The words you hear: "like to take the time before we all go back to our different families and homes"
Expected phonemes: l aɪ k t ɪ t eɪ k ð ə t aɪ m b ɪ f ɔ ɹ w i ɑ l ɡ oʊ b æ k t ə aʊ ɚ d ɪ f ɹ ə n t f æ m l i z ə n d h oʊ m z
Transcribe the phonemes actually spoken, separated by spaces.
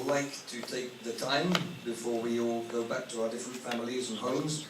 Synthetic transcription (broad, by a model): l aɪ k t ɪ t eɪ k ð ə t aɪ m b ɪ f ɔ ɹ w i ɑ l ɡ oʊ b æ k t ə aʊ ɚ d ɪ f ɹ ə n t f æ m l i z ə n h oʊ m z